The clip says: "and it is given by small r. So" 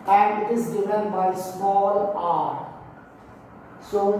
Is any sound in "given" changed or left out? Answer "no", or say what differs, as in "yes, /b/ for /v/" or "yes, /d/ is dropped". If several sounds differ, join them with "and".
yes, /f/ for /v/